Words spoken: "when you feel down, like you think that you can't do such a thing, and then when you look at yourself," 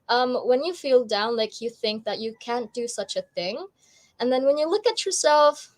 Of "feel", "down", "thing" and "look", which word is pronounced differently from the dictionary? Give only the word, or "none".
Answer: none